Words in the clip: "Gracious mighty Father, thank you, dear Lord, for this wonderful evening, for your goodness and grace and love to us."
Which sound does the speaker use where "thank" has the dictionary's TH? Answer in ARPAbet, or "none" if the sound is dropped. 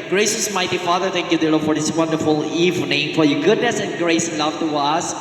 T